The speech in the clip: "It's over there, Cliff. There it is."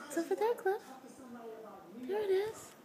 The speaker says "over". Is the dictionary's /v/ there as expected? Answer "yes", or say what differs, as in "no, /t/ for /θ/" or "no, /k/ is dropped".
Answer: no, /f/ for /v/